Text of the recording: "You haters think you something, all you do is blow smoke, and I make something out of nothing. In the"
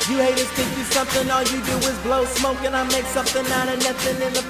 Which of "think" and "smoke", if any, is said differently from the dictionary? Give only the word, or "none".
think